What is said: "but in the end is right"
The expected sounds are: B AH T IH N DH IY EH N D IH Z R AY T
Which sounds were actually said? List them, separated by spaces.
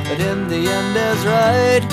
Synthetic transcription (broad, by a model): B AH T IH N DH IY EH N D IH Z R AY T